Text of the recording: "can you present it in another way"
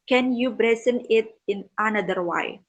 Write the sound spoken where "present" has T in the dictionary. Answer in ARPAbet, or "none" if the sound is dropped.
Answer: none